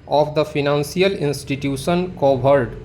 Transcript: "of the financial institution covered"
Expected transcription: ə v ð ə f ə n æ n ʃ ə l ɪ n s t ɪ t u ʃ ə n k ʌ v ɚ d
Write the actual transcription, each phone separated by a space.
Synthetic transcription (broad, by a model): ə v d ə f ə n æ n s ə l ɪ n s t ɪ t u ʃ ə n k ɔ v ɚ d